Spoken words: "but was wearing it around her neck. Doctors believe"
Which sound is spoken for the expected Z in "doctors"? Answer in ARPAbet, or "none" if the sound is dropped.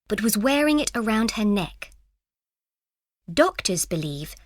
Z